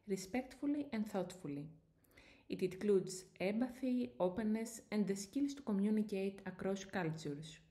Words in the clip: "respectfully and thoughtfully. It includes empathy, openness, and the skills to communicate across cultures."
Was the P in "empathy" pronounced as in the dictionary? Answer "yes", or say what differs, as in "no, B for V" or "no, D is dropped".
no, B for P